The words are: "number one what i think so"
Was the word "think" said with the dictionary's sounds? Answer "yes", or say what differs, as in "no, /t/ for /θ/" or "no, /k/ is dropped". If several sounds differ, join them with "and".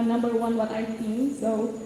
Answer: no, /s/ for /θ/